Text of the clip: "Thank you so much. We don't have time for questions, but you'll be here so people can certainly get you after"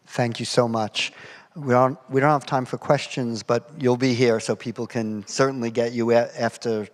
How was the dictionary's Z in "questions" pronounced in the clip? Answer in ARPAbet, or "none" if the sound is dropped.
Z